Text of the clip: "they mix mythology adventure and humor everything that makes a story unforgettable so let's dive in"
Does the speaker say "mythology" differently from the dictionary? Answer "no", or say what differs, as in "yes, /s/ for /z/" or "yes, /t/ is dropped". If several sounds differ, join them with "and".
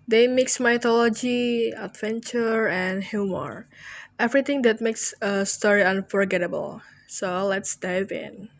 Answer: yes, /t/ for /θ/